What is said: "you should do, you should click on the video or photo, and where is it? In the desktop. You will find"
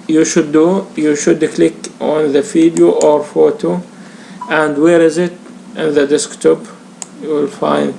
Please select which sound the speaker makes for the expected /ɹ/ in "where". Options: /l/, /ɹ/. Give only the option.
/ɹ/